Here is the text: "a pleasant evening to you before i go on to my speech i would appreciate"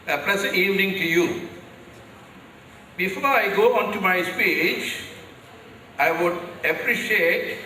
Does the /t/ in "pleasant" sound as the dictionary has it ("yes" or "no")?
no